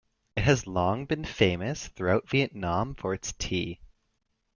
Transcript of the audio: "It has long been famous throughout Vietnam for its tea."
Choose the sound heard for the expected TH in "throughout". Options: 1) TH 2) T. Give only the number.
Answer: 1